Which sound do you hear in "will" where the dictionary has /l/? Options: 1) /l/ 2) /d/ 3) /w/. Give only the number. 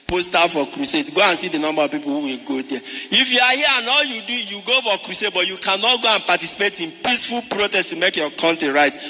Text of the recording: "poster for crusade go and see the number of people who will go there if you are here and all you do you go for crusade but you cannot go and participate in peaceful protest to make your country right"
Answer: 1